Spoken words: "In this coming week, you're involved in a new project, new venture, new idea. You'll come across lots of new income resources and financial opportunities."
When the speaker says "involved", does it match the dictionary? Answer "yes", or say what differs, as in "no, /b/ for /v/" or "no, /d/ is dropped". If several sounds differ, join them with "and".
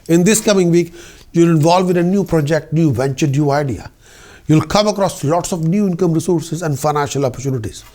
no, /d/ is dropped